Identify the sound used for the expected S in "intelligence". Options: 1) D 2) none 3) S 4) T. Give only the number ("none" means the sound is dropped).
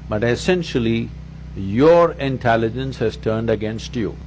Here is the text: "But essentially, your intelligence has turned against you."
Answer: 3